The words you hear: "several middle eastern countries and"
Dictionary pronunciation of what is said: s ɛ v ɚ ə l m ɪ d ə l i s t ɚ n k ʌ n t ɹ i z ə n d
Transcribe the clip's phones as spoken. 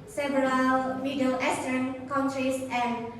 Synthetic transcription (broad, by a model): s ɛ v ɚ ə l m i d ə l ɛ s t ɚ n k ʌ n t ɹ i s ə n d